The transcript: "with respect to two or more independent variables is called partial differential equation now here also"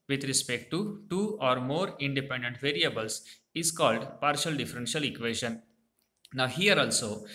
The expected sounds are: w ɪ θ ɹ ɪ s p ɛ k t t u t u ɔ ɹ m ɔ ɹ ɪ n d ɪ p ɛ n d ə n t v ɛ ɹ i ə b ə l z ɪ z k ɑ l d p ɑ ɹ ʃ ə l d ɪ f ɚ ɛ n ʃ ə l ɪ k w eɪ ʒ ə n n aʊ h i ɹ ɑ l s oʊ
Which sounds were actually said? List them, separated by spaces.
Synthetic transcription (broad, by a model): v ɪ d ɹ ɪ s p ɛ k t t u t u ɔ ɹ m ɔ ɹ ɪ n d ɪ p ɛ n d ə n t v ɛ ɹ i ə b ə l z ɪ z k ɑ l d p ɑ ɹ ʃ ə l d ɪ f ɚ ɛ n ʃ ə l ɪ k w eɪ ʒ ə n n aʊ h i ɹ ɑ l s oʊ